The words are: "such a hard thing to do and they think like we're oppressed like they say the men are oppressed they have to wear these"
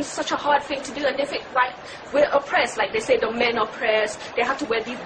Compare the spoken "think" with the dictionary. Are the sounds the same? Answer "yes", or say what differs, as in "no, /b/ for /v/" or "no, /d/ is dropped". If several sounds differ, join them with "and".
no, /f/ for /θ/ and /ŋ/ is dropped